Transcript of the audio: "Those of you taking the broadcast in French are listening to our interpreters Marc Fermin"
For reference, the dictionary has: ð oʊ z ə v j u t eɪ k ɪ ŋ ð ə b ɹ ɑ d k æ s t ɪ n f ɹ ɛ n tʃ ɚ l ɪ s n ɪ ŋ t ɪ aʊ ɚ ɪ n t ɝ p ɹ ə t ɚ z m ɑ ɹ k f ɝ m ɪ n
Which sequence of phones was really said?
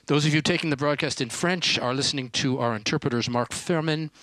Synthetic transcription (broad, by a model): ð oʊ z ə v j u t eɪ k ɪ ŋ ð ə b ɹ ɑ d k æ s t ɪ n f ɹ ɛ n tʃ ɚ l ɪ s n ɪ ŋ t ɪ aʊ ɚ ɪ n t ɝ p ɹ ə t ɚ z m ɑ ɹ k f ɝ m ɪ n